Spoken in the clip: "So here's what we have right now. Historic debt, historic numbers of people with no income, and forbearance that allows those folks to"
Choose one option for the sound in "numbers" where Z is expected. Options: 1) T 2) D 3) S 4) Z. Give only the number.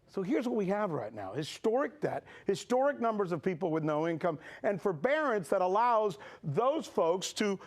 4